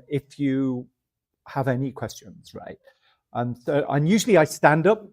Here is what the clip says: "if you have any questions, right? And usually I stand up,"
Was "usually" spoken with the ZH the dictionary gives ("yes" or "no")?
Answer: yes